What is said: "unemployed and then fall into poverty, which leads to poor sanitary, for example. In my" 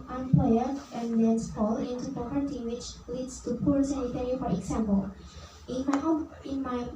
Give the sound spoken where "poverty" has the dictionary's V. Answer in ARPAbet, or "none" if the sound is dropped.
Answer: P